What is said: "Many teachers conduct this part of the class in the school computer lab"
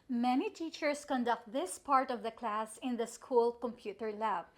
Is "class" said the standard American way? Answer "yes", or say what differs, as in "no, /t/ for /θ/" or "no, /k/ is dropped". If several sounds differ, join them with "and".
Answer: yes